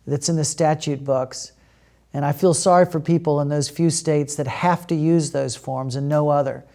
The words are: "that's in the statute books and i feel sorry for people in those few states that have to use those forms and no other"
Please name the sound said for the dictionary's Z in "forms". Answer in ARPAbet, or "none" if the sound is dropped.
Z